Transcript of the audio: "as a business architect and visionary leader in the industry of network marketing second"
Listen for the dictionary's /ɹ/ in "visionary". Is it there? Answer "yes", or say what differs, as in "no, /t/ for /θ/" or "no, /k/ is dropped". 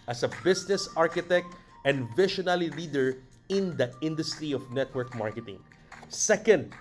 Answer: no, /l/ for /ɹ/